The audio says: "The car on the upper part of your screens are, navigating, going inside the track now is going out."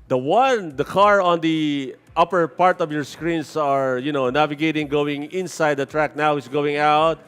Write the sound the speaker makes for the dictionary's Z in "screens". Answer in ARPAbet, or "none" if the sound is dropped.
S